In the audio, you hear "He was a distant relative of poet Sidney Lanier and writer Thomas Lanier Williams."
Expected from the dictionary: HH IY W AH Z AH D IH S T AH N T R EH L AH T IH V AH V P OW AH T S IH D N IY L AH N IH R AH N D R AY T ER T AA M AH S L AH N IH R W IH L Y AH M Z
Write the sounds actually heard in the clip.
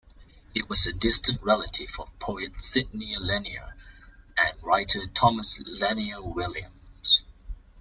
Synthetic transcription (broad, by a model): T W AH Z AH D IH S T AH N T R EH L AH T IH F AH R P OW AH T S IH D N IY L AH N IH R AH N R AY T ER T AA M AH S L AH N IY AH W IH L Y AH M Z